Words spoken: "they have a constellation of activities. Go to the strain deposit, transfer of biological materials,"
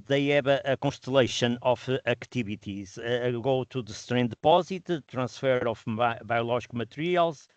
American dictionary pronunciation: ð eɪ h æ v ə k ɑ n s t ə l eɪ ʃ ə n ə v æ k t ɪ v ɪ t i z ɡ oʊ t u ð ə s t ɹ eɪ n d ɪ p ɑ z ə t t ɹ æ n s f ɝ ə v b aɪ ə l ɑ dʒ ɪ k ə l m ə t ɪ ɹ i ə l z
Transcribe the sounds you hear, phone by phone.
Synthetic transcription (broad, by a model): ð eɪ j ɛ b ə k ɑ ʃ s t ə l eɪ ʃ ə n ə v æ k t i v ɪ t i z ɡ oʊ t u ð ə s t ɹ eɪ n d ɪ p ɑ z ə t t ɹ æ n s f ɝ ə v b aɪ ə l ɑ ʒ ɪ k m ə t ɹ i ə l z